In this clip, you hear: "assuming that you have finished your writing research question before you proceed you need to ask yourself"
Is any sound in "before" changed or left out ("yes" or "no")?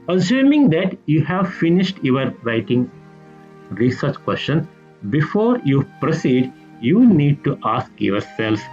no